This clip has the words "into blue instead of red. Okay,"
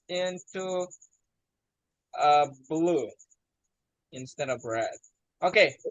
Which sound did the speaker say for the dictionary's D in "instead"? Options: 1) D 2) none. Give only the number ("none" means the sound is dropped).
1